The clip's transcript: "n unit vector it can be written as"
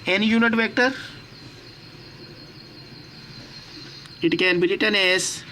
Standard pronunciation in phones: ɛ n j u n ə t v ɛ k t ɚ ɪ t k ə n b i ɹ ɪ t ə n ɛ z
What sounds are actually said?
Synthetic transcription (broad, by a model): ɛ n j u n ə t v ɛ k t ɚ ɪ t k ə n b i l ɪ t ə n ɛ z